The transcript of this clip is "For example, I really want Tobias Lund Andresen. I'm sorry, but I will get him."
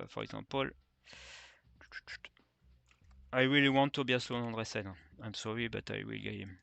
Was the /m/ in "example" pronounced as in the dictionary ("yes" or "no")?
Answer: no